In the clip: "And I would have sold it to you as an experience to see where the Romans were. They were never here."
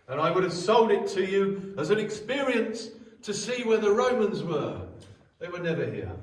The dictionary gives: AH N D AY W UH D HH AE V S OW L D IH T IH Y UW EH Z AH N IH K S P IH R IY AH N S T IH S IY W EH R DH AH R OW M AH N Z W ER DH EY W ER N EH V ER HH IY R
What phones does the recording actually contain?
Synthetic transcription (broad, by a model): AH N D AY W UH D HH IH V S OW L D IH T IH Y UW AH Z AH N IH K S P IH R IY AH N S T IH S IY W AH R DH AH R OW M AH N Z W ER DH EY W ER N EH V ER HH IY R